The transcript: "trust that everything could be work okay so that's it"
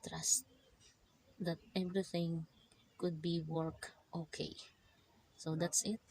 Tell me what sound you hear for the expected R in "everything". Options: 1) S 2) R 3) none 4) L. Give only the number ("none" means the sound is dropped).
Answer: 2